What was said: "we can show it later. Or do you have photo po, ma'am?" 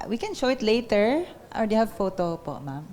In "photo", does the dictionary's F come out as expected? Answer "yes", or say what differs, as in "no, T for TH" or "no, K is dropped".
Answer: yes